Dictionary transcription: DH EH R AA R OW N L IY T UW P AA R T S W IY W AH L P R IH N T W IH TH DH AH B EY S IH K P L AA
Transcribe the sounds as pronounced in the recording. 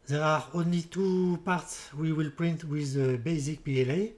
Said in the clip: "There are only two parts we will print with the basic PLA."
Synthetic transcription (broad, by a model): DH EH R AA R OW N L IY T UW P AA R T S W IY W AH L P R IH N T W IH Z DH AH B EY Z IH K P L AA